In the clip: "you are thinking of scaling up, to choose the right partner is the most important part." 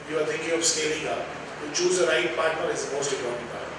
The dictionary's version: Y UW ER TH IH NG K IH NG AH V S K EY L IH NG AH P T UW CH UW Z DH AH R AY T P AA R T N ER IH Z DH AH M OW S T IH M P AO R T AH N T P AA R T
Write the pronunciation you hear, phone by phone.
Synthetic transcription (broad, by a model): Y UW ER T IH NG K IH NG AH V S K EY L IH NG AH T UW CH UW Z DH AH R AY T P AA R T N ER IH Z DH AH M OW S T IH P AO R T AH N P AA